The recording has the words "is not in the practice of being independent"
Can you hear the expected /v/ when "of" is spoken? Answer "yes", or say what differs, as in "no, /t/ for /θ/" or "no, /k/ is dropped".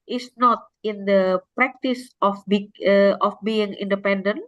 no, /b/ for /v/